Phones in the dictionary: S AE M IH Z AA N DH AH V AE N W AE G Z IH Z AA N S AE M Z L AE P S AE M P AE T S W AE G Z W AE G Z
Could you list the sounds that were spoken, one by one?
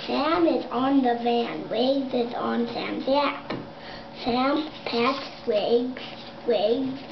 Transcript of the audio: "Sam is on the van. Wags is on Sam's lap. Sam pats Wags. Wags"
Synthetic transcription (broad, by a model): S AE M IH Z N DH AH V AE N W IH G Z IH Z N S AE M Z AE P S AE M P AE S W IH G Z W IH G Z